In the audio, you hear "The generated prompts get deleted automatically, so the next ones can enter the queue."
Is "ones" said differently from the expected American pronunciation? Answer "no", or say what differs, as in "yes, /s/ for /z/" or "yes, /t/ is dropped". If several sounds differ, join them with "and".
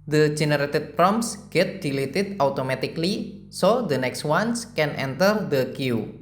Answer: yes, /s/ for /z/